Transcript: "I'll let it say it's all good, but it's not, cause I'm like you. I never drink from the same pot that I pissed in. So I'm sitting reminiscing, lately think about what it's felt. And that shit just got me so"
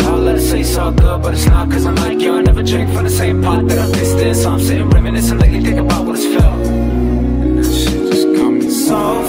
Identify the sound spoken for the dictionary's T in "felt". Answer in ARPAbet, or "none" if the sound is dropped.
none